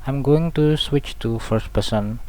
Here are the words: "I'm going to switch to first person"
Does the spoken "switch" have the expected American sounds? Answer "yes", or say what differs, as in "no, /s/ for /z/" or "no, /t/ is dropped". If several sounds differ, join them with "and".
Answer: yes